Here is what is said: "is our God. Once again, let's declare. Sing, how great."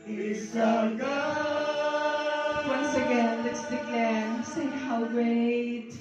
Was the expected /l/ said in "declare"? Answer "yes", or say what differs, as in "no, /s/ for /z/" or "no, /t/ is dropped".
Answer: no, /l/ is dropped